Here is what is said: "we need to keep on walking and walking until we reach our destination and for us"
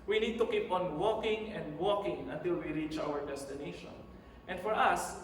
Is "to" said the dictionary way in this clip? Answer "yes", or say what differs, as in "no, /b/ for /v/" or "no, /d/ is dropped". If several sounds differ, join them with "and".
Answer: yes